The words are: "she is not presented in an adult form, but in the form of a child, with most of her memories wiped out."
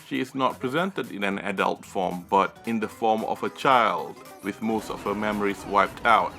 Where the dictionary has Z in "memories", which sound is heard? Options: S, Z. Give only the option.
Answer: S